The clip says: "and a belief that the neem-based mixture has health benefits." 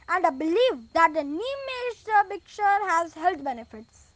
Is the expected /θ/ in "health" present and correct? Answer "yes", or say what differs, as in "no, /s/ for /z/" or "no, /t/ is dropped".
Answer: no, /t/ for /θ/